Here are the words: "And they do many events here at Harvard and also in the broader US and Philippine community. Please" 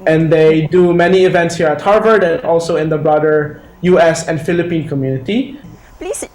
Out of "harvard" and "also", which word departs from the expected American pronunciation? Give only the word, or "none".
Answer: none